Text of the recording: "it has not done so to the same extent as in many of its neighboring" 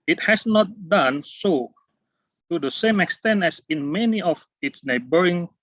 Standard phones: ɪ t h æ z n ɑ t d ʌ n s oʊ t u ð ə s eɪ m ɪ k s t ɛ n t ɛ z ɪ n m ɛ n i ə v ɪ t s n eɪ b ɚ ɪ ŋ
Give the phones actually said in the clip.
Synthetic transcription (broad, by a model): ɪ t h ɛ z n ɑ t d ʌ n s oʊ t u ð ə s eɪ m ɪ k s t ɛ n t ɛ s ɪ n m ɛ n i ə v ɪ t s n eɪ b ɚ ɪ ŋ